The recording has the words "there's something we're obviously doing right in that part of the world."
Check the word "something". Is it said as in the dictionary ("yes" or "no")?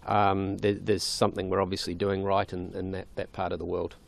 yes